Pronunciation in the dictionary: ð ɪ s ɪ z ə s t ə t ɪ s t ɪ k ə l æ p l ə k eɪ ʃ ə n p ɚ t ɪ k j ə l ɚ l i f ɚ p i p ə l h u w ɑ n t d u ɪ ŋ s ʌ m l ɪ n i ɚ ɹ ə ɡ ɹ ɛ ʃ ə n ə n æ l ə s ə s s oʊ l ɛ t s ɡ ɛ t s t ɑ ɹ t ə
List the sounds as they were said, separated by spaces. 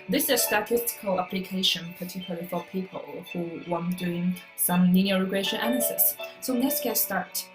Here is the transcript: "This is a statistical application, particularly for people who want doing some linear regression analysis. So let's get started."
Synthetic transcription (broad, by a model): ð ɪ s ɪ z ə s t ə t ɪ s t ɪ k ə l æ p l ə k eɪ ʃ ə n p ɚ t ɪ k j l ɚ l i f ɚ p i p ə l h u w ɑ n d u ɪ ŋ s ʌ m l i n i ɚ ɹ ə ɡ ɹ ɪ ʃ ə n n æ n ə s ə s s oʊ n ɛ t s ɡ ɛ t s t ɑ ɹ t